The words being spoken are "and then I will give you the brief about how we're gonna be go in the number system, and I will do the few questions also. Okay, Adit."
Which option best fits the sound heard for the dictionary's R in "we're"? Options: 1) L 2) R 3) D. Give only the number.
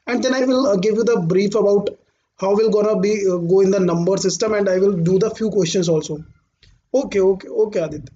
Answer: 1